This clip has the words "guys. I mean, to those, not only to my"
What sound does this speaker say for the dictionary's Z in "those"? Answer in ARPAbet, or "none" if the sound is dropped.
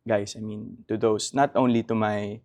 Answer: S